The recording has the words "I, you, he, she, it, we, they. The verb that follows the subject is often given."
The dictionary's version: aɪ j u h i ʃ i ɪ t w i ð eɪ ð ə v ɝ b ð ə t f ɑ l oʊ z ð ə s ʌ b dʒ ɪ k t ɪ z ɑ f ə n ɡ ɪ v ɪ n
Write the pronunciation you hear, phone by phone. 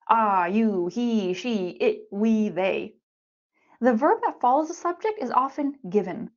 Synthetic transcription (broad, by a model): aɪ j u h i ʃ i ɪ t w i ð eɪ ð ə v ɝ b ð ə t f ɑ l oʊ z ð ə s ʌ b dʒ ɪ k t ɪ z ɑ f ə n ɡ ɪ v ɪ n